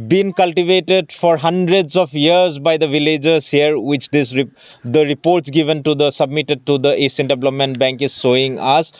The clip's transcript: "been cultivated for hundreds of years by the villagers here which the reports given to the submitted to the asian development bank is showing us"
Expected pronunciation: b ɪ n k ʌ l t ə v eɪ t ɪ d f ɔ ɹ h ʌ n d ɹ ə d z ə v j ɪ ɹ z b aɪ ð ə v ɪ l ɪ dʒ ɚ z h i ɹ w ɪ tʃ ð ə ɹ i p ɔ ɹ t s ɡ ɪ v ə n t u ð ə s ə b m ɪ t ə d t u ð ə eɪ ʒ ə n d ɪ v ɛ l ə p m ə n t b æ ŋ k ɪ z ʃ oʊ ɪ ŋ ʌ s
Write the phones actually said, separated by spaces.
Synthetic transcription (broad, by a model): b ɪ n k ʌ l t ə v eɪ t ɪ d f ɔ ɹ h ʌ n d ɹ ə d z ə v j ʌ ɹ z b aɪ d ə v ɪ l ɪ dʒ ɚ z h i ɹ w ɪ tʃ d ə ɹ i p ɔ ɹ t s ɡ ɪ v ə n t u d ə s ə b m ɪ t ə d t u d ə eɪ s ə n d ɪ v l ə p m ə n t b æ ŋ k ɪ z s oʊ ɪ ŋ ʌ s